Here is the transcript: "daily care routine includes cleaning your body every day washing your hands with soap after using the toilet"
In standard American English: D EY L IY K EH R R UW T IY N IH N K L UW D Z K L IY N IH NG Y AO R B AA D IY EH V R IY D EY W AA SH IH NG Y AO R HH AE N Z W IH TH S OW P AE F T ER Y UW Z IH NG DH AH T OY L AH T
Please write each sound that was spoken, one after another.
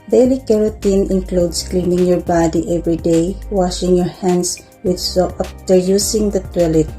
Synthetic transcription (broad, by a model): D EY L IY K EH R R UW T IY N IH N K L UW D S K L IY N IH NG Y AO R B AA D IY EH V R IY D EY W AA SH IH NG Y AO R HH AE N S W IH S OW AA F T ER Y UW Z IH NG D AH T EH L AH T